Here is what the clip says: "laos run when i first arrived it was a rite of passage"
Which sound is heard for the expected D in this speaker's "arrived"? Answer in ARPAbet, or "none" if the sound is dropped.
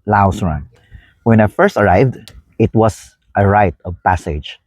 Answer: D